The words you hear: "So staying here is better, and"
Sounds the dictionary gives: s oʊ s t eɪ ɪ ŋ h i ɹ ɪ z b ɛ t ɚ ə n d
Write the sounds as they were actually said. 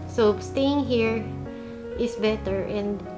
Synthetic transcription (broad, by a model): s oʊ s t eɪ ɪ ŋ h i ɹ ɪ s b ɛ t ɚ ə n d